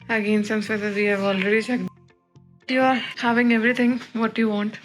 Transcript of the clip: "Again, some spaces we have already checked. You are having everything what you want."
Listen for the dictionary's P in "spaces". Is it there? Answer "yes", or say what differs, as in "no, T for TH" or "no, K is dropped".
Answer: no, P is dropped